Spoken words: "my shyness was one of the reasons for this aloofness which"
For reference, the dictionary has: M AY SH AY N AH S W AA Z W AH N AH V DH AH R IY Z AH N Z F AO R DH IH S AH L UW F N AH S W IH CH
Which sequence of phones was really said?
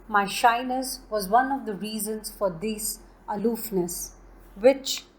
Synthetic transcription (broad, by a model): M AY SH AY N AH S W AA Z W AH N AH V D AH R IY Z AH N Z F AO R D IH S AH L UW F N AH S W IH CH